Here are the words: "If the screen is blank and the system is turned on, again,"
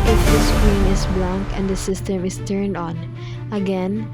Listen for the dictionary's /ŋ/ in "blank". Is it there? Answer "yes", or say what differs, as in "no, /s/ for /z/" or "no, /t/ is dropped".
yes